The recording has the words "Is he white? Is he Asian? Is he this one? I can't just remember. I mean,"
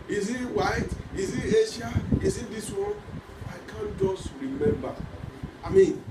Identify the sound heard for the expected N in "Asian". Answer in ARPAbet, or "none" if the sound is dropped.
none